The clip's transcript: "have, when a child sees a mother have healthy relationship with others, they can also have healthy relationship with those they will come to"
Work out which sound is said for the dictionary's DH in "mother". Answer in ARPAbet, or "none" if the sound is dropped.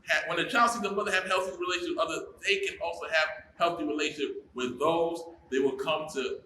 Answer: DH